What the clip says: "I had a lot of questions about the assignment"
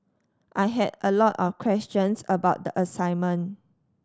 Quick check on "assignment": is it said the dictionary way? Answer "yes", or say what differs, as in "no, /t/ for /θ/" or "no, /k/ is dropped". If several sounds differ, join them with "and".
no, /t/ is dropped